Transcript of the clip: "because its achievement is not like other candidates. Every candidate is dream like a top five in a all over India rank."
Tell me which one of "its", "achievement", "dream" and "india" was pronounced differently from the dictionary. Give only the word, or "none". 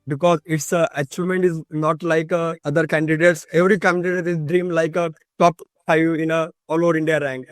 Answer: achievement